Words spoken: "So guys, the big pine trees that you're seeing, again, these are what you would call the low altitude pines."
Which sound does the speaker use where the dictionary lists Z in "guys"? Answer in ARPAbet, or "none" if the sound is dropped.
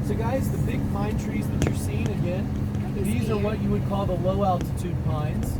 Z